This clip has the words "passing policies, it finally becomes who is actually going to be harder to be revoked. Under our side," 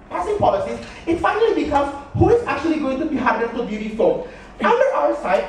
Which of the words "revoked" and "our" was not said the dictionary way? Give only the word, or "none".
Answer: revoked